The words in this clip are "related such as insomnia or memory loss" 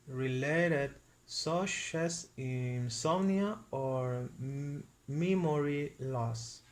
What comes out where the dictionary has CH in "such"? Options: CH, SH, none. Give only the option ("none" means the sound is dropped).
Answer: SH